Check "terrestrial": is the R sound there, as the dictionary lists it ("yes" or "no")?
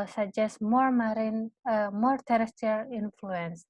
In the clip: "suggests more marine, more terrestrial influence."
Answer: no